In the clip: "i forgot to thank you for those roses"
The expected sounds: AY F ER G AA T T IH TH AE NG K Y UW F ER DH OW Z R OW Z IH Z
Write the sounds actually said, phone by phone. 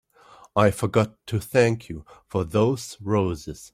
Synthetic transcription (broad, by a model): AY F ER G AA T T IH TH AE NG K Y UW F ER DH OW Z R OW Z IH Z